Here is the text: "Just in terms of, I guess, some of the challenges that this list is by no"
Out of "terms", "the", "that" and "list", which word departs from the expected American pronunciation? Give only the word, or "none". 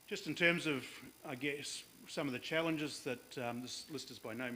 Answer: none